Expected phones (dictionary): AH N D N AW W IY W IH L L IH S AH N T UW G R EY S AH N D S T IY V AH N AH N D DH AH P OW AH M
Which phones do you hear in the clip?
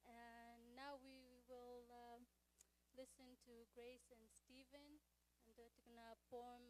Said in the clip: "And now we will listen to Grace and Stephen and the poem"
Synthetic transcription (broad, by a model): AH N N AW W IY W IH L L IH S AH N T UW G R EY S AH N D S T IY V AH N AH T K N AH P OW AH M